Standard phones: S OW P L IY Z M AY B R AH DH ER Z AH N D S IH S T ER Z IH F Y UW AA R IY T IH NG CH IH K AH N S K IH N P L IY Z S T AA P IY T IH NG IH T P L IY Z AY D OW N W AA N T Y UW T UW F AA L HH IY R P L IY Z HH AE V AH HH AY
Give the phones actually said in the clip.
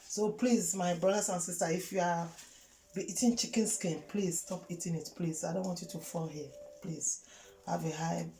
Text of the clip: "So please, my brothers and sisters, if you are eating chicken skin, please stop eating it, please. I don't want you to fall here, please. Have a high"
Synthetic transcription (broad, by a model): S OW P L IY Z M AY B R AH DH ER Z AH N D S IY S T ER IH F Y UW AA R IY T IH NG CH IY K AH N S K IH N P L IY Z S T AA P IY T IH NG IH T P L IY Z AY D OW N W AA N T Y UW T UW F AA L HH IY P L IY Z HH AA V AH HH AY